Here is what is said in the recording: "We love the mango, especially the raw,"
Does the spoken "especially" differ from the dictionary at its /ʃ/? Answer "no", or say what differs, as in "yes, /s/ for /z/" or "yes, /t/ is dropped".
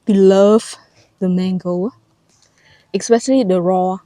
yes, /s/ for /ʃ/